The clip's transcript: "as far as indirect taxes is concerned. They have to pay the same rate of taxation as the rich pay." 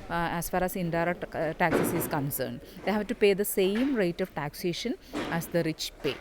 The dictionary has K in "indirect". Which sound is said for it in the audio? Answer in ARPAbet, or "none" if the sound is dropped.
none